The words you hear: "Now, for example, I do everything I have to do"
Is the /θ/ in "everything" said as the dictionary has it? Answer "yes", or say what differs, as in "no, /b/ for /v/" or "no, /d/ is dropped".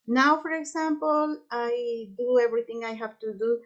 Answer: no, /t/ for /θ/